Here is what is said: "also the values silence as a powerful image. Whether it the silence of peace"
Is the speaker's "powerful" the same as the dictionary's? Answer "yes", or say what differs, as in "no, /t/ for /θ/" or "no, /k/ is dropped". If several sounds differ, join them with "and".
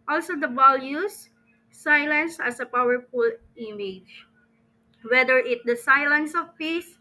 yes